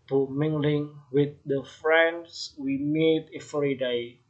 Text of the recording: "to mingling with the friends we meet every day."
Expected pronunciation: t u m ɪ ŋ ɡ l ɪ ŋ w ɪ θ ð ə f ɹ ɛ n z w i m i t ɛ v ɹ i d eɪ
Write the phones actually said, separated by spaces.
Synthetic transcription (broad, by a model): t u m ɪ ŋ ɡ l ɪ ŋ w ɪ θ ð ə f ɹ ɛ n s w i m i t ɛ f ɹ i d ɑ